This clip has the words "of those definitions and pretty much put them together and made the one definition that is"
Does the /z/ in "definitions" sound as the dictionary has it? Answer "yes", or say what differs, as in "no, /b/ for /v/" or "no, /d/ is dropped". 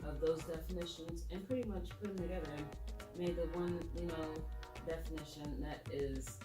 yes